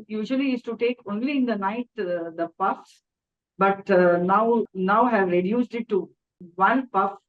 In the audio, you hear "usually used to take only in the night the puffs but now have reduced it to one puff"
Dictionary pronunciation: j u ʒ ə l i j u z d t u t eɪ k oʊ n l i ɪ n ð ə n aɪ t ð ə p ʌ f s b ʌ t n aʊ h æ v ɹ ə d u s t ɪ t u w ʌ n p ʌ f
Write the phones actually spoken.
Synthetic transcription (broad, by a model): j u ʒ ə l i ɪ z t u t eɪ k oʊ n l i ɪ n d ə n aɪ t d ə p ʌ f s b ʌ t n aʊ h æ v ɹ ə d u s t ɪ t u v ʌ n p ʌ f